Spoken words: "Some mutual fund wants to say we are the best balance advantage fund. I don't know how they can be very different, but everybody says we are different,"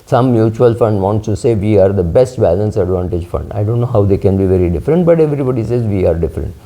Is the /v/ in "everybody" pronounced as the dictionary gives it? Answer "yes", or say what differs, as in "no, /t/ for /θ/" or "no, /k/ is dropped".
yes